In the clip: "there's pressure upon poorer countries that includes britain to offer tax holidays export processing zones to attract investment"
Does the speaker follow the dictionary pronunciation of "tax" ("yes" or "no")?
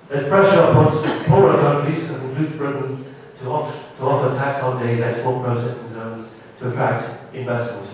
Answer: yes